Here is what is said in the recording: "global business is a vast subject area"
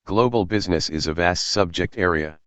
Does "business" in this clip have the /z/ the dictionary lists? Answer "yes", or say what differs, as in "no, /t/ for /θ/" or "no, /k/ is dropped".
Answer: yes